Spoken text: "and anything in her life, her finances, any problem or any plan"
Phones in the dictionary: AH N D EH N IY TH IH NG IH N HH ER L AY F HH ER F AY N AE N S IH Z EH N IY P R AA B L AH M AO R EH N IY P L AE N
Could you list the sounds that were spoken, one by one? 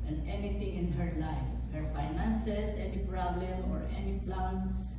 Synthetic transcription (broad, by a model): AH N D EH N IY T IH NG IH N HH ER L AY F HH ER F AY N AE N S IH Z EH N IY P R AA B L AH M AO R EH N IY P L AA N